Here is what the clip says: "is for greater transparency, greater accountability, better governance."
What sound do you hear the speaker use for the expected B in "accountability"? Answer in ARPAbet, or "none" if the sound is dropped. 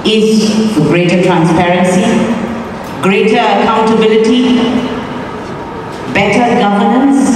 B